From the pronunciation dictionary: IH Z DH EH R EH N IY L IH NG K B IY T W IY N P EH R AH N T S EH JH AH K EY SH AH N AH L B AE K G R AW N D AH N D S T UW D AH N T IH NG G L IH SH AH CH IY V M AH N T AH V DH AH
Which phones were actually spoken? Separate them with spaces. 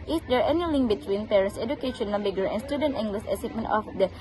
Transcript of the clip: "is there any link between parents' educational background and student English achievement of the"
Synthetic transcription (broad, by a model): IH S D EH R EH N IY L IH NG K B IY T W IY N P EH R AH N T S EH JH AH K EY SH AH N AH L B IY G AH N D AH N S T UW D AH N T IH NG G L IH S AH S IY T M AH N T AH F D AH